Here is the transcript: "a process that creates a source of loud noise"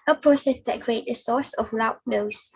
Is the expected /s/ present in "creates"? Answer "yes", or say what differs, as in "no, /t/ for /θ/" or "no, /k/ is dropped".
no, /s/ is dropped